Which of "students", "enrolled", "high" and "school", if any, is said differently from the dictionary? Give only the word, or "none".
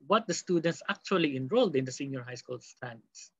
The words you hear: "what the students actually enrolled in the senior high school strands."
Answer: none